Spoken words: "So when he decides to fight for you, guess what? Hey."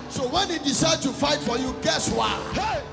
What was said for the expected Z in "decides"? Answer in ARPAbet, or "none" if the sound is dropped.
none